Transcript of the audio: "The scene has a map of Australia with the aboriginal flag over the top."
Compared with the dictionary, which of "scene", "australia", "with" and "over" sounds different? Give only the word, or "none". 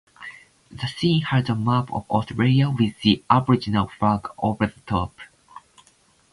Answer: australia